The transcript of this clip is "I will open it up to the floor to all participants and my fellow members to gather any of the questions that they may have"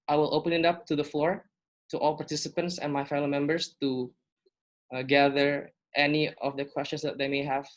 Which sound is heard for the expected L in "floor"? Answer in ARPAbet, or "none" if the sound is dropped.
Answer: L